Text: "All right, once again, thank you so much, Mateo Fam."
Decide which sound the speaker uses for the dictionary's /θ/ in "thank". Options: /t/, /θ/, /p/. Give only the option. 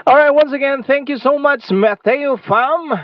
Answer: /θ/